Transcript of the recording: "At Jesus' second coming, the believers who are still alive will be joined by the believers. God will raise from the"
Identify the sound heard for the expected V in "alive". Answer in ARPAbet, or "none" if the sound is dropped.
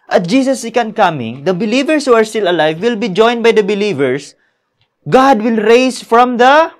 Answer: V